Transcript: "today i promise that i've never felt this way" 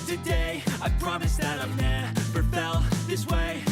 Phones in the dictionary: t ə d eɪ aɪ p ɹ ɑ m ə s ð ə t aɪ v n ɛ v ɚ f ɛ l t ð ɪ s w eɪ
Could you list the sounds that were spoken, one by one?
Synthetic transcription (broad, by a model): t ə d eɪ aɪ p ɹ ɑ m ə s ð ə t aɪ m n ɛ b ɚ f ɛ l ð ɪ s w eɪ